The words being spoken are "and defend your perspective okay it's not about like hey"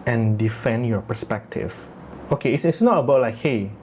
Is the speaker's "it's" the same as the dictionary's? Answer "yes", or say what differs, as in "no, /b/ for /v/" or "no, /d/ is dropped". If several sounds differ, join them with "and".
no, /s/ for /t/